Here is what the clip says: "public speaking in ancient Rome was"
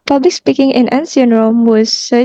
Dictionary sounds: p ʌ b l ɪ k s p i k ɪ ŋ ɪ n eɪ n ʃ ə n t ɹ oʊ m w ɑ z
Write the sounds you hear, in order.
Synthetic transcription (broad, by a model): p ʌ b l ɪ k s p i k ɪ ŋ ɪ n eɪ n s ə n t ɹ oʊ m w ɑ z